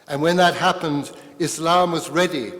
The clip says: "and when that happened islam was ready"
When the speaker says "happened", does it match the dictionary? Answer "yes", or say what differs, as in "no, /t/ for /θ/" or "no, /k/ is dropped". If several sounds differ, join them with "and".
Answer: yes